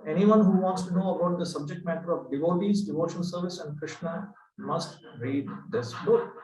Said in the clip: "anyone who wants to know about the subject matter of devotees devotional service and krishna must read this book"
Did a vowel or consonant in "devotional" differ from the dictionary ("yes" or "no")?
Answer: yes